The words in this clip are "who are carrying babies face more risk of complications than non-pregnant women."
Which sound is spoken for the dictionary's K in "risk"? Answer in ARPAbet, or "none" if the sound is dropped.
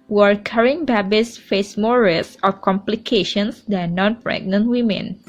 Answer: none